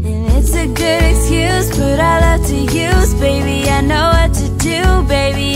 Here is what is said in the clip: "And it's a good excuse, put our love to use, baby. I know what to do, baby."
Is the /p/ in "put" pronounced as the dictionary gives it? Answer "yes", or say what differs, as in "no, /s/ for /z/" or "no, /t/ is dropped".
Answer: no, /b/ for /p/